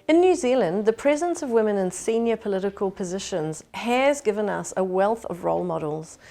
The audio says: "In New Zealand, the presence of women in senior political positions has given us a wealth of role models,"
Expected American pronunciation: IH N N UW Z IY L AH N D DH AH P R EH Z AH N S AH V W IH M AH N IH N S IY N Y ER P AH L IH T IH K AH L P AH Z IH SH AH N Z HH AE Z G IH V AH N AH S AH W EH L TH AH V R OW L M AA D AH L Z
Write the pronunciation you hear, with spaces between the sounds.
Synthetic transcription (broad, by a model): IH N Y UW Z IY L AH N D DH AH P R EH Z AH N S AH V W IH M AH N IH N S IY N Y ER P AH L IH T IH K AH L P AH Z IH SH AH N Z HH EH Z G IH V AH N AH S AH W EH L TH AH V R OW L M AA D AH L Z